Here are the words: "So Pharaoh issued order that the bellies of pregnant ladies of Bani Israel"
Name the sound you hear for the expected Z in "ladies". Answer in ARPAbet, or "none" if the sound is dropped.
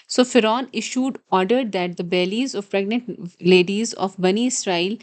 Z